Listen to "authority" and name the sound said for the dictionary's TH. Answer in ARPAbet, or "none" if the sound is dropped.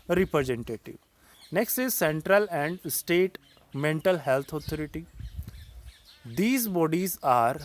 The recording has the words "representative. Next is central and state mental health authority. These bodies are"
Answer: T